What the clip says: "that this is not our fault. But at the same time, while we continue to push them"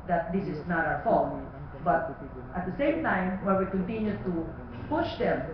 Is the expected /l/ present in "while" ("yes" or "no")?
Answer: no